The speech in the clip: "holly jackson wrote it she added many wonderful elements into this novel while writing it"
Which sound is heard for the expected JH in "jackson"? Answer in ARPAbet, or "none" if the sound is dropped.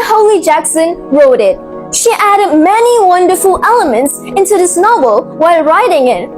JH